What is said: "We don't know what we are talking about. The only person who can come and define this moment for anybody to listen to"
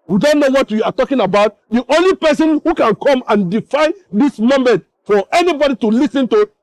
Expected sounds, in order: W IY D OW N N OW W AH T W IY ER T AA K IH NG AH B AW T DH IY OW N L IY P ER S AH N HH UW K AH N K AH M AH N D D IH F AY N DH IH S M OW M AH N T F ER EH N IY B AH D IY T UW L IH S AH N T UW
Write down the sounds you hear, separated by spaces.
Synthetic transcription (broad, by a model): W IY D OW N N OW W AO T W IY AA T AA K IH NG AH B AW T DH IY OW N L IY P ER S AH N HH UW K AH N K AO M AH N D D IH F AY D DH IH S M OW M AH N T F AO EH N IY B AH D IY T UW L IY S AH N T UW